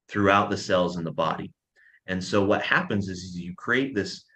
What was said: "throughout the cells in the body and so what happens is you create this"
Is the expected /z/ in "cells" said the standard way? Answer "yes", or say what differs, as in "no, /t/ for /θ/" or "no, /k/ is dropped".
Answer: yes